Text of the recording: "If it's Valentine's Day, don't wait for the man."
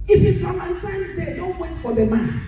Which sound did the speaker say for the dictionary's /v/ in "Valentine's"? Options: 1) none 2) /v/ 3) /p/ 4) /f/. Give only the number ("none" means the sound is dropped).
4